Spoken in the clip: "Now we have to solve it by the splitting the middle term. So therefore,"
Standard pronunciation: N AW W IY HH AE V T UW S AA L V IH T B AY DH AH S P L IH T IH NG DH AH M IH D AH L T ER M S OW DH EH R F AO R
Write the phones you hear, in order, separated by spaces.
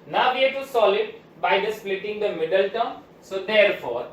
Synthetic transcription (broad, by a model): N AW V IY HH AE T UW S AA L IH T B AY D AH S P L IH T IH NG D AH M IH D AH L T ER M S OW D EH R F AO R